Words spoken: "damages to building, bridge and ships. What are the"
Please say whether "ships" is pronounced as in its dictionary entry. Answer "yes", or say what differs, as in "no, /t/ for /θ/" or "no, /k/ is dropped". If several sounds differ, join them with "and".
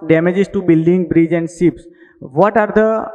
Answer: no, /s/ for /ʃ/